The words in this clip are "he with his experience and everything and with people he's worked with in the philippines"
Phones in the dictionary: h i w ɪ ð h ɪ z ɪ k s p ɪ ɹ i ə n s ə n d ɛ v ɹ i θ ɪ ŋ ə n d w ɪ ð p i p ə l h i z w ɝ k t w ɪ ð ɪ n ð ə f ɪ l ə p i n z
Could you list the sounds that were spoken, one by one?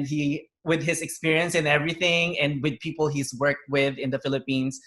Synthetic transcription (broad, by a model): h i w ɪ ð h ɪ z ɪ k s p ɪ ɹ i ə n s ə n ɛ v ɹ i θ ɪ ŋ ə n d w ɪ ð p i p l h i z w ɝ k t w ɪ ð ɪ n ð ə f ɪ l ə p i n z